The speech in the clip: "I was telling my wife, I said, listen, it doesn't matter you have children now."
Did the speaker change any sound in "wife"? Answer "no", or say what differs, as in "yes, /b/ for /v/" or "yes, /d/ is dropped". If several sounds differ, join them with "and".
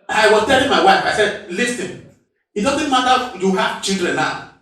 no